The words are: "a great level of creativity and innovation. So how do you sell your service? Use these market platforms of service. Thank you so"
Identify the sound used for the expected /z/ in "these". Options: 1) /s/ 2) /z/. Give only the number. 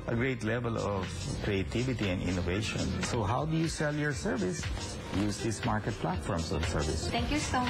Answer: 1